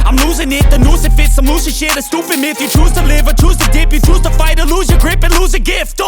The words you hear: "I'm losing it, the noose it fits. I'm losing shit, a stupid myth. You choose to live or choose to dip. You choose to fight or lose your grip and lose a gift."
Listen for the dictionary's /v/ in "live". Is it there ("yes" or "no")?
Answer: yes